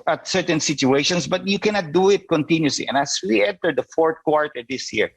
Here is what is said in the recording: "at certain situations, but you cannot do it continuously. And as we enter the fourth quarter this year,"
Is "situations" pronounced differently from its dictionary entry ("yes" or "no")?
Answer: yes